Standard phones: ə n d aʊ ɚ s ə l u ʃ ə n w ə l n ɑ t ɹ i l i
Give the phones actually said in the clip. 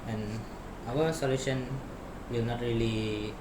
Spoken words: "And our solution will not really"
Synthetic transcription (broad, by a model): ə n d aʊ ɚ s ə l u ʃ ə n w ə l n ɑ t ɹ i l i